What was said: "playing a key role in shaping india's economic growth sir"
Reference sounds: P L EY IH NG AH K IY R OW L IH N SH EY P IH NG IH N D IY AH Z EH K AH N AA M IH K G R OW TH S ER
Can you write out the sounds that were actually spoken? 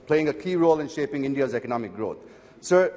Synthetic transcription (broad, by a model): P L EY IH NG AH K IY R OW L IH N SH EY P IH NG IH N D IY AH Z EH K AH N AA M IH K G R OW T S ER